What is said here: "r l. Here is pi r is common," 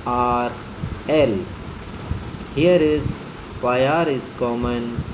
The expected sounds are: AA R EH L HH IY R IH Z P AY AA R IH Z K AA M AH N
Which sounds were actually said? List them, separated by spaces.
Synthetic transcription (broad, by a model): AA R EH L HH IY R IH Z F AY AA R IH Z K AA M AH N